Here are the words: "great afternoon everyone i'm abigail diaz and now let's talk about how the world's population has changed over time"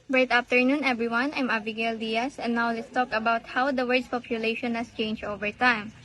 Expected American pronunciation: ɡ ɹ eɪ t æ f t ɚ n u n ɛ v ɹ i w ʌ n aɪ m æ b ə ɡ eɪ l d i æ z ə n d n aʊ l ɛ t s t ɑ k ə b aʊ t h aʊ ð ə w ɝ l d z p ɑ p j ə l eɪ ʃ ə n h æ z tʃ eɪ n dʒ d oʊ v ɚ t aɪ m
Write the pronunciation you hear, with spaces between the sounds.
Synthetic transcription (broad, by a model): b ɹ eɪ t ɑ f t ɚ n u n ɛ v ɹ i w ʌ n aɪ m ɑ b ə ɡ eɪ l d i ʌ s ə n n aʊ l ɛ t s t ɑ k ə b aʊ t h aʊ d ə w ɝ d s p ɑ p j ə l eɪ ʃ ə n h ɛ s tʃ eɪ n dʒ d oʊ v ɚ t aɪ m